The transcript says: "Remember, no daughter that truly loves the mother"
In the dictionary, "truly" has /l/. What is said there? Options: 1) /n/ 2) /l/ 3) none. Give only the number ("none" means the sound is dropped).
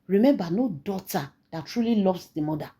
2